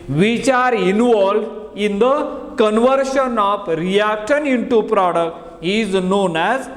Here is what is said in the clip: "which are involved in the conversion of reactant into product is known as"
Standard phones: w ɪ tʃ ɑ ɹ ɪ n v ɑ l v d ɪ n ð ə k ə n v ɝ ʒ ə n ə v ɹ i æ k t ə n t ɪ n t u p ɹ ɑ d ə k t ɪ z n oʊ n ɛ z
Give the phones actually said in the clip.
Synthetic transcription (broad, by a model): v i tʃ ɑ ɹ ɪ n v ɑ l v ɪ n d ə k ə n v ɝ ʃ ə n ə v ɹ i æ k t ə n ɪ n t u p ɹ ɑ d ə k t ɪ z n oʊ n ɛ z